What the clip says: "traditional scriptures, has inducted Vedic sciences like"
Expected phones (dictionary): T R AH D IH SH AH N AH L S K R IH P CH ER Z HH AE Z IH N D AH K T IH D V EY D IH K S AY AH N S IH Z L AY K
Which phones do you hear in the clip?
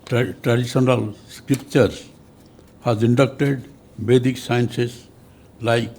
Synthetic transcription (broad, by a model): T R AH D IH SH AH N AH L S K R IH P CH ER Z HH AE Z IH N D AH K T IH D B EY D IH K S AY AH N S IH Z L AY K